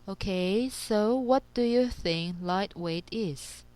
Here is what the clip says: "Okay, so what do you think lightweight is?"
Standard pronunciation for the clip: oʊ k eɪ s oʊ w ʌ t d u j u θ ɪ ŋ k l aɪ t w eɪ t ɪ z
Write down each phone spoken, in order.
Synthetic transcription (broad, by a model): oʊ k eɪ s oʊ w ʌ t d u j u θ ɪ ŋ k l aɪ t w eɪ t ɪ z